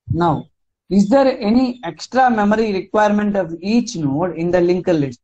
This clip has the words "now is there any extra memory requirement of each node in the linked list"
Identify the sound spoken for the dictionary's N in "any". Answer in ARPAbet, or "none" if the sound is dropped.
N